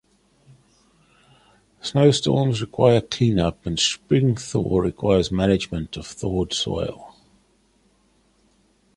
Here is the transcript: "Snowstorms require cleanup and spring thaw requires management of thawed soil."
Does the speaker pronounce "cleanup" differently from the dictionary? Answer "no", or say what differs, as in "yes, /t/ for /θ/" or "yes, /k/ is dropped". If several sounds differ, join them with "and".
no